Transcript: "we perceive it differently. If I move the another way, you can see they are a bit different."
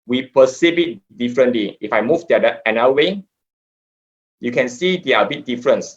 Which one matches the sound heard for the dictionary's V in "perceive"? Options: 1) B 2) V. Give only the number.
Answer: 1